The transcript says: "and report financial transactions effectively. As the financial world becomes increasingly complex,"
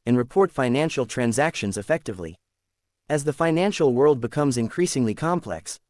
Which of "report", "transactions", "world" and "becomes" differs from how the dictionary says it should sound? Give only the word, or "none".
none